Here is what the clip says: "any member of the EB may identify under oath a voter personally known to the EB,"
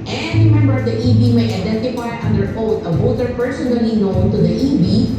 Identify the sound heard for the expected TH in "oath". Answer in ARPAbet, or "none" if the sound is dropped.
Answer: T